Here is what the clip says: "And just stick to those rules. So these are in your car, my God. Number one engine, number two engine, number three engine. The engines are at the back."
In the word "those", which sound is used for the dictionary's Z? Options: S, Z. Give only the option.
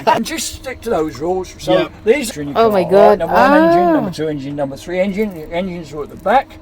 Z